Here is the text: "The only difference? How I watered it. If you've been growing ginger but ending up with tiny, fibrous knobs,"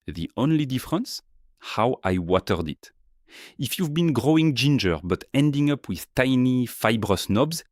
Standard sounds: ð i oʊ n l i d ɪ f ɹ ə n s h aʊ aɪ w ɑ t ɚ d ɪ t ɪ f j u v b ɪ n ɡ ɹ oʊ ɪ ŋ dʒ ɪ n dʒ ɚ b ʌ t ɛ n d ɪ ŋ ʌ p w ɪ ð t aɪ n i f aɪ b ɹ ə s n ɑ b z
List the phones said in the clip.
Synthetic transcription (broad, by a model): ð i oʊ n l i d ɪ f ɹ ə n s h aʊ aɪ w ɑ t ɚ d ɪ t ɪ f j u v b ɪ n ɡ ɹ oʊ ɪ ŋ dʒ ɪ n dʒ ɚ b ʌ t ɛ n d ɪ ŋ ʌ p w ɪ ð t aɪ n i f aɪ b ɹ ə s n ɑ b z